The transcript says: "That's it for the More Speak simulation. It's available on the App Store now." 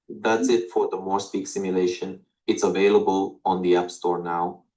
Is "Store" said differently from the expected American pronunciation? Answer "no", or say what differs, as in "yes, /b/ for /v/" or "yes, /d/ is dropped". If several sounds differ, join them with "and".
no